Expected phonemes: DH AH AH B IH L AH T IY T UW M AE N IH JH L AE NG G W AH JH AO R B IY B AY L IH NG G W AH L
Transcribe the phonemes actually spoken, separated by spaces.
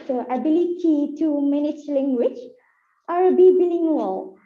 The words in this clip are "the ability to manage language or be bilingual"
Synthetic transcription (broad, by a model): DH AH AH B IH L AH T IY T UW M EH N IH CH L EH NG G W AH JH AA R B IY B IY L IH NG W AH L